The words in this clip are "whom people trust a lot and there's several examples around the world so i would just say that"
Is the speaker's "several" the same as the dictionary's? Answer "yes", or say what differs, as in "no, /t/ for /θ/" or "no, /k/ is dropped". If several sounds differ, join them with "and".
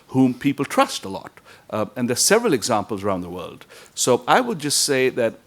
yes